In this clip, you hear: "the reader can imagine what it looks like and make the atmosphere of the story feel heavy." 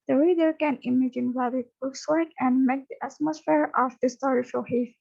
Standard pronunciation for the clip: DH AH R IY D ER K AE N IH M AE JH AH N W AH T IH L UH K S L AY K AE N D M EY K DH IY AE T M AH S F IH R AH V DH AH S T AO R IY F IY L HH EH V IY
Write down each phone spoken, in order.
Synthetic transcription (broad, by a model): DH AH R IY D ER K AE N IH M AE JH AH N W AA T IH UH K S W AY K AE N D M EY K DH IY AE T M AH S F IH R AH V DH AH S T AO R IY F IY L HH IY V